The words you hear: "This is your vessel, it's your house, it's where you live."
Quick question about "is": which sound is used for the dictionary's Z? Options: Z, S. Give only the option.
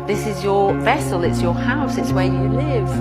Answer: Z